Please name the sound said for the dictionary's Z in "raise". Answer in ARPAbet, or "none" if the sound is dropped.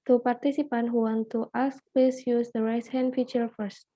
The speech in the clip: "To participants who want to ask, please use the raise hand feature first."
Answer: S